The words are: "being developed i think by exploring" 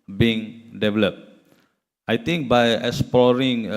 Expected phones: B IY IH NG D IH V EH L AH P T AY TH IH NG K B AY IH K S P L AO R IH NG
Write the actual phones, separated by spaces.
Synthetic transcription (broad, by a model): B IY NG D IH V EH L AH P T AY T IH NG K B AY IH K S P L AO R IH NG